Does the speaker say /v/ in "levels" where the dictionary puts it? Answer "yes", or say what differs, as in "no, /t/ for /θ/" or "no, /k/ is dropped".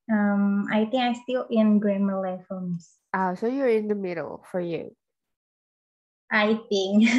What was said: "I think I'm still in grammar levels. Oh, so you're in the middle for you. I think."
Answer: no, /f/ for /v/